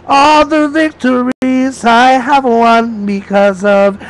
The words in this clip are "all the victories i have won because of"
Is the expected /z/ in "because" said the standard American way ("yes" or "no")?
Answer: yes